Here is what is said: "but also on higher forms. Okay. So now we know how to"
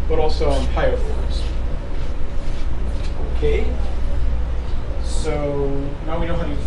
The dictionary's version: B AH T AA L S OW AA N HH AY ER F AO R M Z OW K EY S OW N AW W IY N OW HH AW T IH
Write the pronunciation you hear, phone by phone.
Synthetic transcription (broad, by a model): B AH T AA L S OW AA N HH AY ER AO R Z OW K EY S OW N AW W IY N OW HH AW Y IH